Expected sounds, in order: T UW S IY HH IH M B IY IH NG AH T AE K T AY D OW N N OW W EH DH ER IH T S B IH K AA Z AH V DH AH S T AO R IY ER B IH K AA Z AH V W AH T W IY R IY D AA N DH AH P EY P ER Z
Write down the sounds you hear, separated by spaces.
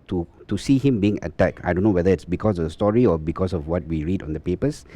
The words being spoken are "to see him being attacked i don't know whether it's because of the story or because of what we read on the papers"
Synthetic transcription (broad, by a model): T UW S IY HH IH M B IY IH NG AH T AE K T AY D OW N N OW W EH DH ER IH T S B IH K AA S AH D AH S T AO R IY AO B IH K AA S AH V W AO T W IY R IY D AA N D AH P EY P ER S